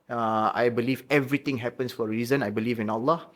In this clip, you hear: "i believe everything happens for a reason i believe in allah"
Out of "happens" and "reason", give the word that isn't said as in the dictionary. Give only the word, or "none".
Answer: happens